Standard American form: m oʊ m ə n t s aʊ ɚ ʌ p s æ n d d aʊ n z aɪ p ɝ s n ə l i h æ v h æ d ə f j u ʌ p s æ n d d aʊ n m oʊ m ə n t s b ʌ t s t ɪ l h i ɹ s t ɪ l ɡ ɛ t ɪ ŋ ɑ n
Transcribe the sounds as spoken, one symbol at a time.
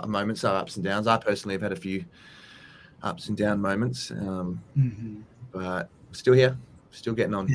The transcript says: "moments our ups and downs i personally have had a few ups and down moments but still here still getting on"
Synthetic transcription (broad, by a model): m oʊ m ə n t s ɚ ʌ p s n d d aʊ n z aɪ p ɝ s n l i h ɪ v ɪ d ə f j u ʌ p s n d d aʊ n m oʊ m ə n t s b ʌ t s t ɪ l h i ɹ s t ɪ l ɡ ɛ t ɪ ŋ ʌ n